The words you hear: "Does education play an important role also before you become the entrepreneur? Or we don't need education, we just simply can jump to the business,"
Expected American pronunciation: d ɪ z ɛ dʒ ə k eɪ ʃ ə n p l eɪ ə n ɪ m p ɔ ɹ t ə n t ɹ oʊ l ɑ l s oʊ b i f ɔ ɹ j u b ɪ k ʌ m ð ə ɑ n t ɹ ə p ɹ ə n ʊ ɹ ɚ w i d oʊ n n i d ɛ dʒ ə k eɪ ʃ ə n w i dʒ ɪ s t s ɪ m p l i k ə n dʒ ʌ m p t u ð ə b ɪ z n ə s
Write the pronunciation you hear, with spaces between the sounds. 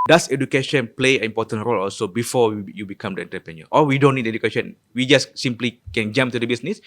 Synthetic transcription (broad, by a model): d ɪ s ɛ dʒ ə k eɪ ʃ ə n p l eɪ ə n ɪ m p ɔ t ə n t ɹ oʊ l ɑ l s oʊ b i f ɔ w j u b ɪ k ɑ m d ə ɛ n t ə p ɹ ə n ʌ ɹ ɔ w i d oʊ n n i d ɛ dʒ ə k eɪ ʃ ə n w i dʒ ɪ s s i m p l i k ə n dʒ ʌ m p t u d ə b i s n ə s